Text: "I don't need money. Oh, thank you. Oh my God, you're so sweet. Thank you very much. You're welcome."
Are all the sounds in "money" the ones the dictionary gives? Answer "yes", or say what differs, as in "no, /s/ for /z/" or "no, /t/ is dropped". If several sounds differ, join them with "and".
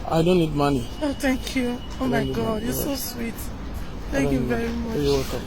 yes